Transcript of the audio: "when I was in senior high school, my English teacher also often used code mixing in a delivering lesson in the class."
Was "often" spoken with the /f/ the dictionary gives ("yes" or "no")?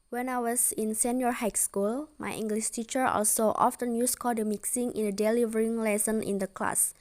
yes